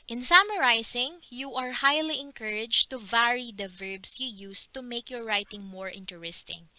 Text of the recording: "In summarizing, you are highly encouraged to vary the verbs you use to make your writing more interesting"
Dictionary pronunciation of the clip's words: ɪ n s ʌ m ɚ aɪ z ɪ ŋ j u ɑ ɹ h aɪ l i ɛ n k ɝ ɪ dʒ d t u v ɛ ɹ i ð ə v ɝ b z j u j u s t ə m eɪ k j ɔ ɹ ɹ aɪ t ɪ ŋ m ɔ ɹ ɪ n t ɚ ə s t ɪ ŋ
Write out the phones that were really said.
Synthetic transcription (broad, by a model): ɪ n s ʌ m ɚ aɪ s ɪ ŋ j u ɑ ɹ h aɪ l i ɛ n k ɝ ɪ dʒ t u v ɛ ɹ i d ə v ɝ b s j u j u s t ə m eɪ k j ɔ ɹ ɹ aɪ t ɪ ŋ m ɔ ɹ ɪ n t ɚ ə s t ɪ ŋ